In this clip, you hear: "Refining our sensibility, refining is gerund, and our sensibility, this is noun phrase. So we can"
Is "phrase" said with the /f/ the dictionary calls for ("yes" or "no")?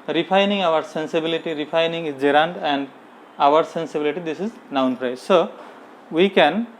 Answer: no